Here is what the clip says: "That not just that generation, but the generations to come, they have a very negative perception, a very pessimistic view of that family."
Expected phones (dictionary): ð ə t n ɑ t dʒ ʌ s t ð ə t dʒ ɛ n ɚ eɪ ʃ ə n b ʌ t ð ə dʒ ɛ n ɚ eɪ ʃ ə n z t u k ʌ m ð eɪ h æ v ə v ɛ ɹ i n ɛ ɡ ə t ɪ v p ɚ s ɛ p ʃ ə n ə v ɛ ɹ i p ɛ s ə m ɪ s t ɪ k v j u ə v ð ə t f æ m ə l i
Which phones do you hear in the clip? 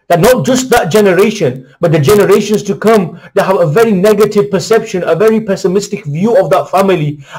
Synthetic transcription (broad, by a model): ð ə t n ɑ t dʒ ʌ s t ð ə t dʒ ɛ n ɚ eɪ ʃ ə n b ʌ t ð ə dʒ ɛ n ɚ eɪ ʃ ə n s t u k ʌ m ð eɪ h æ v ə v ɛ ɹ i n ɛ ɡ ə t ɪ v p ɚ s ɛ p ʃ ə n ə v ɛ ɹ i p ɛ s ə m ɪ s t ɪ k v j u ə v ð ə t f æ m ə l i